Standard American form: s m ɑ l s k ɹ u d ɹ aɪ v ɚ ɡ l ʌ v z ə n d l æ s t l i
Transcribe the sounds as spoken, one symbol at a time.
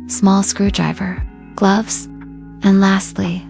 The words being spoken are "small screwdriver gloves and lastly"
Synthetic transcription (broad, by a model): s m ɑ l s k ɹ u d ɹ aɪ v ɚ ɡ l ʌ v z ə n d l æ s t l i